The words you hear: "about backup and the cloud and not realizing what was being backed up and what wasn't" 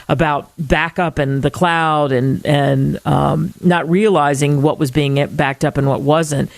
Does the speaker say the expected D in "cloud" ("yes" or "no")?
yes